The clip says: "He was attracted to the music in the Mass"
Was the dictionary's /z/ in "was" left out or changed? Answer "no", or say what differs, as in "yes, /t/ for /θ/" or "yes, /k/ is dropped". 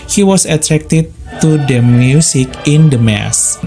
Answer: yes, /s/ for /z/